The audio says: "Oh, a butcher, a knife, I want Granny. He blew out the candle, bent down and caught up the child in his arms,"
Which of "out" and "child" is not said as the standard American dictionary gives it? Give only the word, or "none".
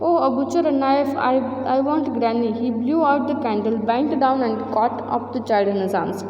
child